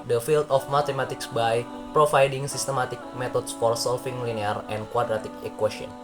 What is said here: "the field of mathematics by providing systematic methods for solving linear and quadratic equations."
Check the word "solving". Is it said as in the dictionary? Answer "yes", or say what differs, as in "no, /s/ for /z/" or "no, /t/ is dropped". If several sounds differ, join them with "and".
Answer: no, /f/ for /v/